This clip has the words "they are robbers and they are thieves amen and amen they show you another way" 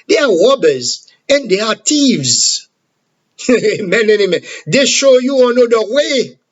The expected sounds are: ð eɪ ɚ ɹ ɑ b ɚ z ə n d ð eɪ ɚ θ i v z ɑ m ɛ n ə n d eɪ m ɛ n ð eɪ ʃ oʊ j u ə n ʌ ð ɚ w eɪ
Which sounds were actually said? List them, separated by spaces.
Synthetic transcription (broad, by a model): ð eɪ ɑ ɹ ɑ b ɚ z ə n d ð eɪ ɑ t i v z m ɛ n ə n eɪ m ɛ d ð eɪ ʃ oʊ j u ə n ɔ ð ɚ w eɪ